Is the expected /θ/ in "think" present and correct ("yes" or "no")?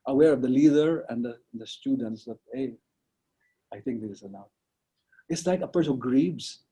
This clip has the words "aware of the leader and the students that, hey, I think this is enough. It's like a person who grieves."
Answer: no